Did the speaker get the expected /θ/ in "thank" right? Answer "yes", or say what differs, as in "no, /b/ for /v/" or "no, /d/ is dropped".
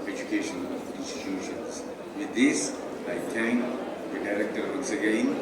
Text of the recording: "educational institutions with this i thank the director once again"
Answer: no, /t/ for /θ/